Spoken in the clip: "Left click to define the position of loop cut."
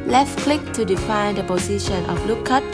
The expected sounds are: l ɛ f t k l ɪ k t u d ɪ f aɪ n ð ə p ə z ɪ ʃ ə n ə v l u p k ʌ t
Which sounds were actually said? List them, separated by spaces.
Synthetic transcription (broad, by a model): l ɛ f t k l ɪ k t u d ɪ f aɪ n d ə p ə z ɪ ʃ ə n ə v l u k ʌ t